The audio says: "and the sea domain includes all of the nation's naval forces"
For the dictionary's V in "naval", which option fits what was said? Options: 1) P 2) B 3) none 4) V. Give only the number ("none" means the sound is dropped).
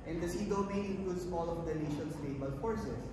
2